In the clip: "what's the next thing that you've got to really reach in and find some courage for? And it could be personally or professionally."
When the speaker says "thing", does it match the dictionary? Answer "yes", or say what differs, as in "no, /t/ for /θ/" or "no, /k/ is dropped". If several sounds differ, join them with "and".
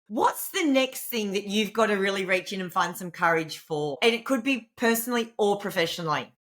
yes